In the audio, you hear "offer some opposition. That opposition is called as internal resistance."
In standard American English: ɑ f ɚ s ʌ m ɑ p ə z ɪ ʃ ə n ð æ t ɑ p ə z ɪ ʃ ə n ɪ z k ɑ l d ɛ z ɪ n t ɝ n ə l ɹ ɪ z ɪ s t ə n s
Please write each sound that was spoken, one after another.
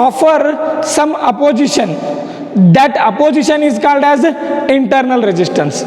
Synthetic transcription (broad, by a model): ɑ f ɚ s ʌ m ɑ p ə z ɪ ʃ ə n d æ t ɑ p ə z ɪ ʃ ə n ɪ z k ɑ l d ɛ z ɪ n t ɝ n ə l ɹ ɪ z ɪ s t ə n s